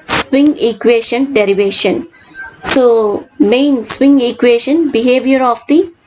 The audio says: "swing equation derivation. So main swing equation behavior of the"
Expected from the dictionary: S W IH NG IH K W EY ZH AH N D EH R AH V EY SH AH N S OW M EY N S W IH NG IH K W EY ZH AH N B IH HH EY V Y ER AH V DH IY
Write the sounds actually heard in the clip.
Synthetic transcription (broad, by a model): S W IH NG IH K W EY SH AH N D EH R AH V EY SH AH N S OW M EY N S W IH NG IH K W EY SH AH N B IH HH EY V Y ER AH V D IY